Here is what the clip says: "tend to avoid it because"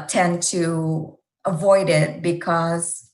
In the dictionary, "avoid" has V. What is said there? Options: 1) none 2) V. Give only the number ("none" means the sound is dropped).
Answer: 2